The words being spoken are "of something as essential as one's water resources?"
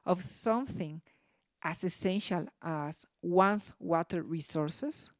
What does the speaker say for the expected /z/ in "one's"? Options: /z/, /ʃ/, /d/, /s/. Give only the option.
/s/